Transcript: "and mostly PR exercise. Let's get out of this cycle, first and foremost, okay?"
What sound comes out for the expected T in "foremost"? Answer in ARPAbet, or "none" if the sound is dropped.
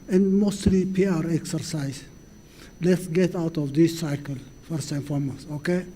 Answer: none